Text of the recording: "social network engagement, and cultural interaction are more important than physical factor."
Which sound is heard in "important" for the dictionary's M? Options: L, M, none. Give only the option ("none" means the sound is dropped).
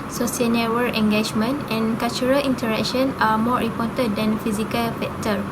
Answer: none